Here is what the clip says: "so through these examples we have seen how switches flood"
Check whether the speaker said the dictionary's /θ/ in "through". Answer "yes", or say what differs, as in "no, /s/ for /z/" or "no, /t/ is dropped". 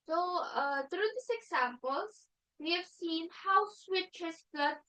no, /t/ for /θ/